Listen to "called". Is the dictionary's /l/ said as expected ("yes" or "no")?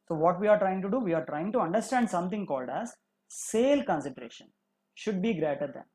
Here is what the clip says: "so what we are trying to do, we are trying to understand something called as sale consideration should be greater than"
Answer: yes